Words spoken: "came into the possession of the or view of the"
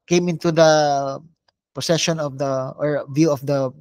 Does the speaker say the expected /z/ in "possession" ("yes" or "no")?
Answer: no